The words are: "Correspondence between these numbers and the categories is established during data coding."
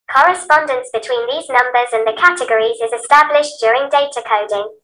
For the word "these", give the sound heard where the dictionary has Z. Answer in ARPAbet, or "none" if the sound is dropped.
Z